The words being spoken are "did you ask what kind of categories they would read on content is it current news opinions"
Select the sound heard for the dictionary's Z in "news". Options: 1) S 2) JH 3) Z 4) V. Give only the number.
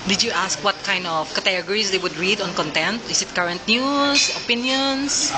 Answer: 1